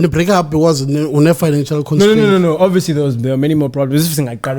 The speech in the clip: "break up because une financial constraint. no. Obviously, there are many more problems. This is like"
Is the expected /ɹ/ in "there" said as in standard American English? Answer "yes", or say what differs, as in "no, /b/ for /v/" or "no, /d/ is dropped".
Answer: no, /w/ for /ɹ/